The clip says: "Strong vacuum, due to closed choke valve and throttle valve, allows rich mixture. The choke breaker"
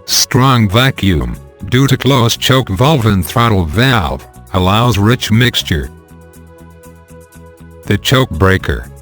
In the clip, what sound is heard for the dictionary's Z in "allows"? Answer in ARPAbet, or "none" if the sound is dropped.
Z